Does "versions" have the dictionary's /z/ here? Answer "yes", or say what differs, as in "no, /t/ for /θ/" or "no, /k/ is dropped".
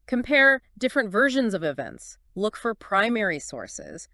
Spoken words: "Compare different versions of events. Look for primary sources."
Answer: yes